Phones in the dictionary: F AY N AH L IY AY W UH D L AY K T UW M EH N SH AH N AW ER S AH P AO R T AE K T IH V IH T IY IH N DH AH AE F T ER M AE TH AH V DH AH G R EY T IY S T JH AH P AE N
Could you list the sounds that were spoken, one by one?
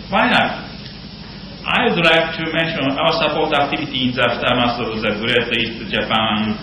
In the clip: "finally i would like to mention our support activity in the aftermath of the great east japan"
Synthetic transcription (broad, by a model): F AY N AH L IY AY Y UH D L AY K T UW M EH N SH AH N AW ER S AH P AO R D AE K T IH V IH T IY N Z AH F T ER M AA S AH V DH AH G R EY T IY S T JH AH P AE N